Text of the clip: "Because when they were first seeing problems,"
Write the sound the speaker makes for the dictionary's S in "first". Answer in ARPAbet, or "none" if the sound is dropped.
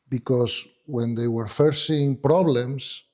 none